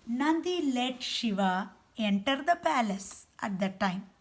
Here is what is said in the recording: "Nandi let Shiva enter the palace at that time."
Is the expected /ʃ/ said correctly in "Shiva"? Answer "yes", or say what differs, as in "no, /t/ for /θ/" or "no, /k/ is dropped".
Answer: yes